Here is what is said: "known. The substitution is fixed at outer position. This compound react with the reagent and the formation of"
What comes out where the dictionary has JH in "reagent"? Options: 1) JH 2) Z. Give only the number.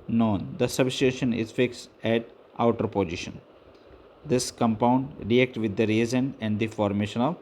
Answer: 2